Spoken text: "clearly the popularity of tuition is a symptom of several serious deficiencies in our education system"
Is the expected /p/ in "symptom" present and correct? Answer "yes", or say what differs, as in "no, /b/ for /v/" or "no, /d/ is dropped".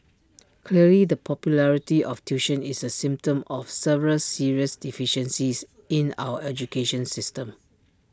yes